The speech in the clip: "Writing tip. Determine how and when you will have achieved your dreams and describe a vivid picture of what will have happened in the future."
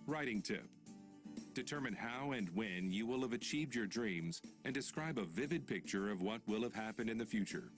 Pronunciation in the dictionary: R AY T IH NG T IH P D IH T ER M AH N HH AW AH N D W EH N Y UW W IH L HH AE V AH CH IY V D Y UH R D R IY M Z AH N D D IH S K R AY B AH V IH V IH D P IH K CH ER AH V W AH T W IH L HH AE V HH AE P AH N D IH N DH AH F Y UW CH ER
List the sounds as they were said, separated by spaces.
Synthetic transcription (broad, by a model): R AY T IH NG T IH P D IH T ER M AH N HH AW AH N W EH N Y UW W IH L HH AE V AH CH IY V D Y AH R D R IY M Z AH N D D IH S K R AY B AH V IH V IH D P IH K CH ER AH V W AH T W IH L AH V HH AE P AH N D IH N DH AH F Y UW CH ER